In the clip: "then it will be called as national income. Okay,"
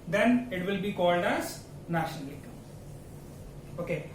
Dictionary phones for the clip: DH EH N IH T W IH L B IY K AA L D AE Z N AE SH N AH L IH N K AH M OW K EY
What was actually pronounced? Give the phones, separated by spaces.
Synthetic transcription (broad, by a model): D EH N IH T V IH L B IY K AA L D AE Z N AE SH N AH L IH K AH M OW K EY